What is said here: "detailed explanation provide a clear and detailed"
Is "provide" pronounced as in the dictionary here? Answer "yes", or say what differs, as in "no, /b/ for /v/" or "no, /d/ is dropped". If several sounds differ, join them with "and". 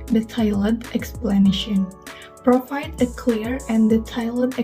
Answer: no, /f/ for /v/